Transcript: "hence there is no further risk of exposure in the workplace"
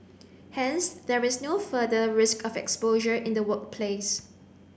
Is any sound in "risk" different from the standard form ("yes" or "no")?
no